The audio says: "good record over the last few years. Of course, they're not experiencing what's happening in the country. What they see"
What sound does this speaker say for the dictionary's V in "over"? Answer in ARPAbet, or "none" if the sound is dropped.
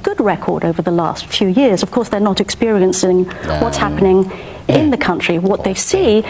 V